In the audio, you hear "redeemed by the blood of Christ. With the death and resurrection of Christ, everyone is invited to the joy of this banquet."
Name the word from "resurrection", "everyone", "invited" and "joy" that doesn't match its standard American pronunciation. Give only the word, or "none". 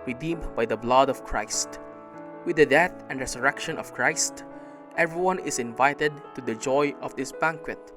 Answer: resurrection